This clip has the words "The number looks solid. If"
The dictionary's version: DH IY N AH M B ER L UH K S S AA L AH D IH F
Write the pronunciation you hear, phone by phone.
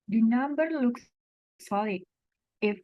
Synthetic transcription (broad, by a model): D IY N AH M B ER L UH K S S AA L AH IH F